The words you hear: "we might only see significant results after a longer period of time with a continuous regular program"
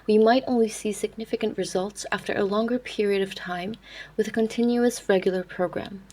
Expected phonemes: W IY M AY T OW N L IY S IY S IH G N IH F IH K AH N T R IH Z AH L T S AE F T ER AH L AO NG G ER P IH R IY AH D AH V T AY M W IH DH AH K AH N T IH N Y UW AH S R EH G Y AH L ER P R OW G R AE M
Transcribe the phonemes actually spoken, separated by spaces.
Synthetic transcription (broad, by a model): W IY M AY T OW N L IY S IY S IH G N IH F IH K AH N T R IH Z AH L T S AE F T ER AH L AO NG G ER P IH R IY AH D AH V T AY M W IH DH AH K AH N T IH N Y UW AH S R EH G Y L ER P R OW G R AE M